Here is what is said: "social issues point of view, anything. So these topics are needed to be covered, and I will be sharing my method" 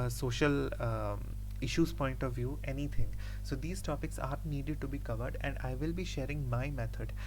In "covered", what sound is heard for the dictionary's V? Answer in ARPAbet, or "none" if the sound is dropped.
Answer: V